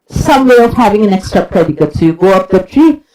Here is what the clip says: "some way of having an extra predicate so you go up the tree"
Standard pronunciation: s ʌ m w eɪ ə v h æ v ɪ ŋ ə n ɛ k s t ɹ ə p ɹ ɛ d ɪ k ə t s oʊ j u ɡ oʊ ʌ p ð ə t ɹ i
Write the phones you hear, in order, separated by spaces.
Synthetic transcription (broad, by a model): s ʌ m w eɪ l h æ v ɪ ŋ ə n ɛ k s t ɹ ə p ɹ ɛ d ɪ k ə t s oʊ j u ɡ oʊ ʌ p ð ə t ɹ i